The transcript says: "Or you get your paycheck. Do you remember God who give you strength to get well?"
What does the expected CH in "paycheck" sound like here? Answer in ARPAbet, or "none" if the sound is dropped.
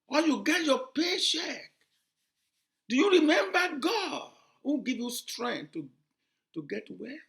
SH